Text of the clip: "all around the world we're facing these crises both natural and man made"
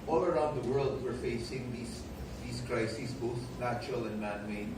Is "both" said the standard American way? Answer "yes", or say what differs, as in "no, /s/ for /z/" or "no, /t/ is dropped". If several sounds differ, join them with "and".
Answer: yes